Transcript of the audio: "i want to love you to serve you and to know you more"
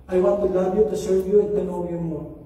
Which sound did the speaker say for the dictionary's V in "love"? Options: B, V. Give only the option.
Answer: B